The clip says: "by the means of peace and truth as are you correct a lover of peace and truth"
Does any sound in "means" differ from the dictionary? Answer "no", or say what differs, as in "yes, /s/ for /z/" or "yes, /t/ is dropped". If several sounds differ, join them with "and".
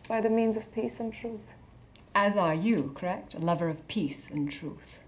no